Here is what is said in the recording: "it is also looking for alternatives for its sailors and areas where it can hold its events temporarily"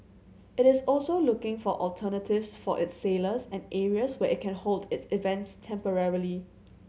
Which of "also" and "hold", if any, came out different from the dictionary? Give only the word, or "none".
none